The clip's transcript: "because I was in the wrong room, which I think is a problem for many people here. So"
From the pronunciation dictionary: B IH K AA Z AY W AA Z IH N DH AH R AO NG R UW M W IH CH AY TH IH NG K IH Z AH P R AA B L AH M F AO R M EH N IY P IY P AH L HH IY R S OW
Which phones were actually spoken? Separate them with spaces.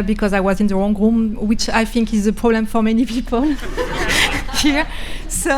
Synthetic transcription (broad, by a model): B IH K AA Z AY W AA Z IH N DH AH R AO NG R UW M W IH CH AY TH IH NG K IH Z AH P R AA B L AH M F AO R M EH N IY P IY P AH L HH IY R S OW